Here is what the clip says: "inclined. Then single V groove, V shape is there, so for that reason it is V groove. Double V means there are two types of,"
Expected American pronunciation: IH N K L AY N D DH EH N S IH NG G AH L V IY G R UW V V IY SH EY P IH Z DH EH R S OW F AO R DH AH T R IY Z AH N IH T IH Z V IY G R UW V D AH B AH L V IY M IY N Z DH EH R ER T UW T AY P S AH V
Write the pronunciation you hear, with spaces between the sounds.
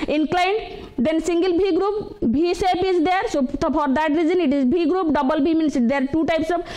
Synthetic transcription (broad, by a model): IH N K L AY N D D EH N S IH NG G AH L B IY G R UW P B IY S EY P IH Z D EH R S OW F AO R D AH T R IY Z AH N IH T IH Z B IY G R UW P D AH B AH L B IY M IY N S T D ER T UW T AY P S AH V